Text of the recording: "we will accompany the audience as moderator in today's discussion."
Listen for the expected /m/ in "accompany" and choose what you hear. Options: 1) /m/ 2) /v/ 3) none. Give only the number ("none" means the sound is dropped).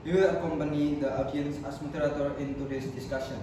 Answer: 1